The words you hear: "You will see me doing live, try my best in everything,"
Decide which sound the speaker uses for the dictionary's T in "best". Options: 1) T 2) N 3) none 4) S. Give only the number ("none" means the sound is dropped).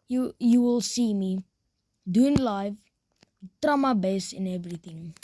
3